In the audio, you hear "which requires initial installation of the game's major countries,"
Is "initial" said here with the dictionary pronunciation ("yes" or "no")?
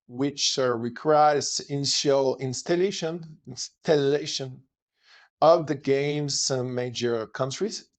no